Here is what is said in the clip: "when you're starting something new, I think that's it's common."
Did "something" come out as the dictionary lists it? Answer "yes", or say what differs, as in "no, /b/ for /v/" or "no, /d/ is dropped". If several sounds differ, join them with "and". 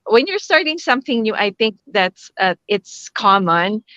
yes